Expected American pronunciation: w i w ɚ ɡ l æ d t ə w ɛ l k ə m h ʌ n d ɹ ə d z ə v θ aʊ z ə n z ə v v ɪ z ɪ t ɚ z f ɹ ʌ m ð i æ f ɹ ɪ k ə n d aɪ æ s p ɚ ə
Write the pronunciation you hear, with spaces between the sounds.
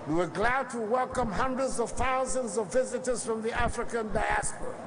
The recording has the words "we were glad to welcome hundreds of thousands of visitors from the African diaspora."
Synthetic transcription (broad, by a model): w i w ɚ ɡ l æ d t ə w ɛ l k ə m h ʌ n d ɹ ə d z ə v θ aʊ z ə n z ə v v ɪ z ɪ t ɚ z f ɹ ʌ m ð i æ f ɹ ɪ k ə n d aɪ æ s p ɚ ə